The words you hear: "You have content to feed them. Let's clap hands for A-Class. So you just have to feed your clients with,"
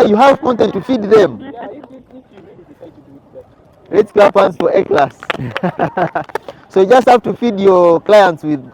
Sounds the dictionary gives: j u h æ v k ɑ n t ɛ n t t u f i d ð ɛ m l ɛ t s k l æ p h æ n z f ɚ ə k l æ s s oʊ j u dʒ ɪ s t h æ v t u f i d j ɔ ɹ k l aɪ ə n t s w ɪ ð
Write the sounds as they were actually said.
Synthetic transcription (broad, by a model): j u h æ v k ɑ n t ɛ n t t u f i d ð ɛ m l ɛ t s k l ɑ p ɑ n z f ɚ ə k l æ s s oʊ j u dʒ ɪ s t h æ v t u f i d j ɔ ɹ k l aɪ ə n t s w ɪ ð